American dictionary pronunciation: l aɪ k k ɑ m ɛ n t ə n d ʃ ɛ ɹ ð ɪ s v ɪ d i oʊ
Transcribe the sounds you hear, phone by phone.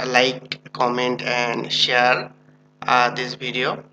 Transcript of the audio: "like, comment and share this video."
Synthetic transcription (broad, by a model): l aɪ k k ɑ m ɛ n t ə n d ʃ ɛ ɹ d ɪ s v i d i oʊ